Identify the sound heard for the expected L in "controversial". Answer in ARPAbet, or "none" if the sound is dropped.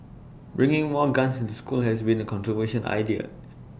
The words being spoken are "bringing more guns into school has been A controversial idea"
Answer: N